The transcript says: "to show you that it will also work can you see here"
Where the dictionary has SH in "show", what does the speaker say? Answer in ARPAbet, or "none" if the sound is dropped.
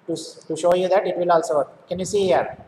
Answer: SH